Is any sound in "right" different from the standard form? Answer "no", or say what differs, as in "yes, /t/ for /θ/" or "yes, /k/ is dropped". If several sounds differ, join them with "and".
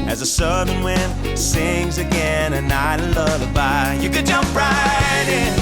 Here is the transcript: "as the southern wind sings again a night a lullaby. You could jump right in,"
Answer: no